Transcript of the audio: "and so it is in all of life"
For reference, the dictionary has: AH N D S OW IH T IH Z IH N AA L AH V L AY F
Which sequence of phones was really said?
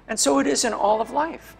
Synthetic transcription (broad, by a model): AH N S OW IH T IH Z IH N AA L AH V L AY F